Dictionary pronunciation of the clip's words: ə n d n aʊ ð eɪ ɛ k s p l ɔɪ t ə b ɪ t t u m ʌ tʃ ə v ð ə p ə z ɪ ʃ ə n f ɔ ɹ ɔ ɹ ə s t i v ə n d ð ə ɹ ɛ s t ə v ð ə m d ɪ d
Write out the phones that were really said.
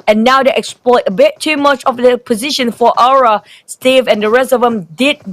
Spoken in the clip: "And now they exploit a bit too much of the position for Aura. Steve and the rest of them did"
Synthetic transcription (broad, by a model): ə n n aʊ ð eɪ ɛ k s p l ɔɪ t ə b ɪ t t u m ʌ tʃ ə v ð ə p ə z ɪ ʃ ə n f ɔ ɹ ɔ ɹ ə s t i v ə n d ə ɹ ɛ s ə v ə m d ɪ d